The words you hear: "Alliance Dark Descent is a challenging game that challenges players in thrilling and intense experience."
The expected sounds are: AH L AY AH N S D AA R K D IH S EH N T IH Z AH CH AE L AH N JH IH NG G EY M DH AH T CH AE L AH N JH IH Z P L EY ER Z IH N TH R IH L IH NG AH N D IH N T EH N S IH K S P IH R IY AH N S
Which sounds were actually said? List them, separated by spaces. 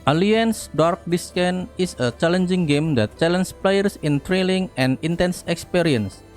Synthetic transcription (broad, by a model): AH L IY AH N S D AA R K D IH S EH N IH S AH CH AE L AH N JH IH NG G EY M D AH T CH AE L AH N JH P L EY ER S IH N T R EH L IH NG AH N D IH N T EH N S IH K S P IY R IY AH N S